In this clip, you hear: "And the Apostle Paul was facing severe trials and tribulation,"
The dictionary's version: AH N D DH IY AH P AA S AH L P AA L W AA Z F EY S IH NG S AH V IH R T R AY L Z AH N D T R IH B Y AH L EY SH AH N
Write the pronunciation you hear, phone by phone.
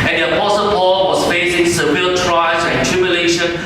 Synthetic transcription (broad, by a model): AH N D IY AH P AA S AH L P AA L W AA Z F EY S IH NG S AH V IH L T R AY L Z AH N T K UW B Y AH L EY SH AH N